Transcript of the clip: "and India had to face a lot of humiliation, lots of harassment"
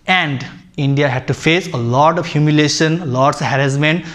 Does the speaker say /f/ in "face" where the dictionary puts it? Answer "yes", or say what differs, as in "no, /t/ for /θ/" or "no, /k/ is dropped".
yes